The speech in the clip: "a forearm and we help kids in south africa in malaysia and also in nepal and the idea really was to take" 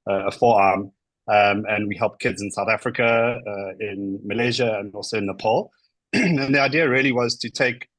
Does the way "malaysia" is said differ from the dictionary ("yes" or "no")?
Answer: no